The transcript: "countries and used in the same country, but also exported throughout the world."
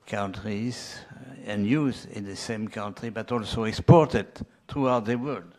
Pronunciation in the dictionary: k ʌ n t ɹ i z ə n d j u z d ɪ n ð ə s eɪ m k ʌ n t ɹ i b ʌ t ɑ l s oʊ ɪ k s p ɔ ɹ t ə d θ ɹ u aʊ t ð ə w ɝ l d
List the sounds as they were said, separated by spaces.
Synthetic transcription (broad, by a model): k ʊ n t ɹ i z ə n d j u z ɪ n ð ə s eɪ m k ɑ n t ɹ i b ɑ t ɑ l s oʊ ɪ k s p ɔ ɹ t ə d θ ɹ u aʊ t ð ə w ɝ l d